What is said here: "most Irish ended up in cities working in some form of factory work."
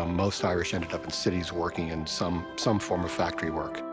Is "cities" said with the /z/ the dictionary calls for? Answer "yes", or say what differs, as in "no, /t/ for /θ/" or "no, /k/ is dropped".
yes